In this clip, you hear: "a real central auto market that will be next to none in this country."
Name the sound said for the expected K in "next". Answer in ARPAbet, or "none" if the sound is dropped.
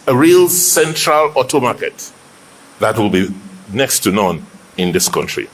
K